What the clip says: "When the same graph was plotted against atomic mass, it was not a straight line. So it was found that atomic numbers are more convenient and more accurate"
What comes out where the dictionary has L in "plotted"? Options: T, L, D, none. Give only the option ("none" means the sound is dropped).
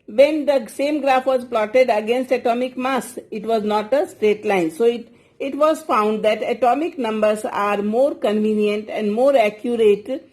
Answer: L